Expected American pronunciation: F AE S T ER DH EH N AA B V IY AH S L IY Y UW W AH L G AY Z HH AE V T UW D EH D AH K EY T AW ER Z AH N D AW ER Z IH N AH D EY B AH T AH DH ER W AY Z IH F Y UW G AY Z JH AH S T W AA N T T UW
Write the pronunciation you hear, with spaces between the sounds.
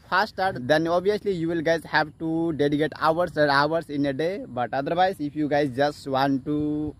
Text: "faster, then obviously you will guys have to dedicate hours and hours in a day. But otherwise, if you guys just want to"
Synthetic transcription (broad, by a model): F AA S T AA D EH N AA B IY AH S L IY Y UW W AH L G AY Z HH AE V T UW D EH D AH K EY T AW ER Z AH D AW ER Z IH N AH D EY B AH T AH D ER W AY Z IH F Y UW G AY Z JH AH S T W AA N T T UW